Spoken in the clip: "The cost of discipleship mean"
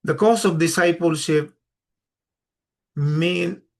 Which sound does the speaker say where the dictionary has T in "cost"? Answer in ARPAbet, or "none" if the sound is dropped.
none